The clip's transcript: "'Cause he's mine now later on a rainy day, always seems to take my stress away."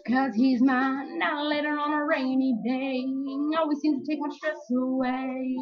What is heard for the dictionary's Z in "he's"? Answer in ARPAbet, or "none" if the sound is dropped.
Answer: Z